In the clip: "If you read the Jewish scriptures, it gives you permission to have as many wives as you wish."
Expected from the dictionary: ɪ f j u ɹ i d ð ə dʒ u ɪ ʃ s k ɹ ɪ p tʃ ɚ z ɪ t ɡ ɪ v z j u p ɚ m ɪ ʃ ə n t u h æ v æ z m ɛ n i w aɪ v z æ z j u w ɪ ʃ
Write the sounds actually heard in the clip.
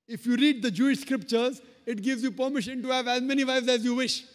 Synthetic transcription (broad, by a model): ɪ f j u ɹ i d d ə dʒ u ɪ ʃ s k ɹ ɪ p tʃ ɚ z ɪ t ɡ ɪ v z j u p ɚ m ɪ ʃ ə n t u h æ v æ z m ɛ n i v aɪ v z æ z j u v ɪ ʃ